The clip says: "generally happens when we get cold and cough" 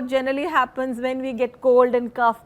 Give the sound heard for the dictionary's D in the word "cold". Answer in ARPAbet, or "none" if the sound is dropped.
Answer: D